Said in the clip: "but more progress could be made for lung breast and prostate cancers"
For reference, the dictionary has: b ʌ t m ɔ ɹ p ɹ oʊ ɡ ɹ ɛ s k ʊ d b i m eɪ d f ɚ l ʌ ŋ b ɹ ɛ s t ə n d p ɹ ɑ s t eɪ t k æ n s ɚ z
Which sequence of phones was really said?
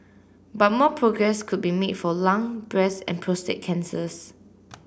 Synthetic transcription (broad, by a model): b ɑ t m ɔ p ɹ oʊ ɡ ɹ ɛ s k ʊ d b i m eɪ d f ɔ l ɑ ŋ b ɹ ɛ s ə n p ɹ ɑ s t eɪ t k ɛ n s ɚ s